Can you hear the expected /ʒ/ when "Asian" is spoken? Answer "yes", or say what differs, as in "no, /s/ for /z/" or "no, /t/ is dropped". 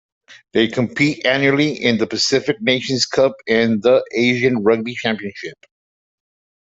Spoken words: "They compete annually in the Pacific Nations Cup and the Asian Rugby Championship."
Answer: yes